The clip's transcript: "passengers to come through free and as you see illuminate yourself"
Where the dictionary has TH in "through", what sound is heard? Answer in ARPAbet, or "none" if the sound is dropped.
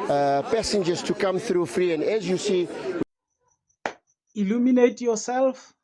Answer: TH